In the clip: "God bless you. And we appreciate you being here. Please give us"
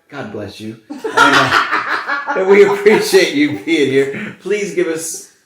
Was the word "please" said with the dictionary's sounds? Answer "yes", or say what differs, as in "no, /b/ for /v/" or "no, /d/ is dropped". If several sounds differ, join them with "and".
yes